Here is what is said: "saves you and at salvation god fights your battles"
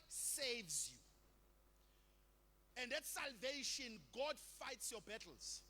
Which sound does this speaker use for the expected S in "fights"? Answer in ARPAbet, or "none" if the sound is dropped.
S